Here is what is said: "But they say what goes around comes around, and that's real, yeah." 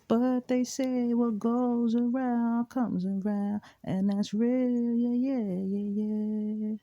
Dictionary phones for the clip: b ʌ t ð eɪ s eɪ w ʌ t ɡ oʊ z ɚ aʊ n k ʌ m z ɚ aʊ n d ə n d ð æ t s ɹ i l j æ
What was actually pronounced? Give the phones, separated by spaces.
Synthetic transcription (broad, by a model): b ʌ t ð eɪ s eɪ w ʌ t ɡ oʊ z ɚ aʊ n k ʌ m z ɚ aʊ n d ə n ð æ t s ɹ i l j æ